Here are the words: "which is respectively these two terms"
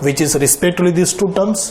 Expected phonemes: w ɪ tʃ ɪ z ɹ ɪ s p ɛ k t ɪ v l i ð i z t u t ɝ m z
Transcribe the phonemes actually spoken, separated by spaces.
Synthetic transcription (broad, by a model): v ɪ tʃ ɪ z ɹ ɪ s p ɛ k t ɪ l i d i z t u t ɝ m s